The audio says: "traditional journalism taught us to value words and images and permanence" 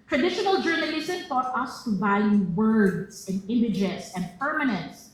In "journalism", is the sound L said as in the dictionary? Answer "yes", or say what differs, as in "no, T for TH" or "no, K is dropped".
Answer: no, L is dropped